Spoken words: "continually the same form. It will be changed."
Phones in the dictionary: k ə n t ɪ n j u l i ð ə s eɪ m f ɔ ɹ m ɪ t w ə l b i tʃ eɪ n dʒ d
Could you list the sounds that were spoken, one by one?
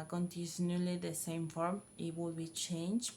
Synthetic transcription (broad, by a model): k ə n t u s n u l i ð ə s eɪ m f ɔ ɹ m ɪ t w ə l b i tʃ eɪ n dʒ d